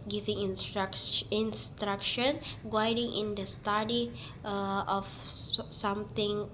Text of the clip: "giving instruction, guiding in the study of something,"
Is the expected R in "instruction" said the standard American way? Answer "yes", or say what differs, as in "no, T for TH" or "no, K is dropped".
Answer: yes